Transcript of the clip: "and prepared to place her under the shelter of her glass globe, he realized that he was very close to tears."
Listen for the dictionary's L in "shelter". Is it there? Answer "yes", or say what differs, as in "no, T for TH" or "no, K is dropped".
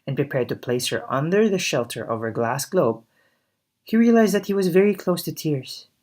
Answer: yes